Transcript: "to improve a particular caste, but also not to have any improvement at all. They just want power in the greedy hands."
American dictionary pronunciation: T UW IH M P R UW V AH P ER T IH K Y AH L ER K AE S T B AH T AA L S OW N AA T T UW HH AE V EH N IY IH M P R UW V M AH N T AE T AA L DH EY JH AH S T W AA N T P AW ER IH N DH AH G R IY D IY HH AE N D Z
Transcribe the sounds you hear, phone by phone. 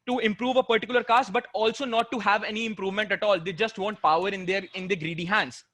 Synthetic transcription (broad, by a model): T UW IH M P R UW V AH P ER T IH K Y AH L ER K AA S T B AH T AA L S OW N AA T T UW HH AE V EH N IY IH M P R UW V M AH N T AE T AA L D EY JH AH S T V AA N T P AW ER IH N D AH G R IY D IY HH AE N D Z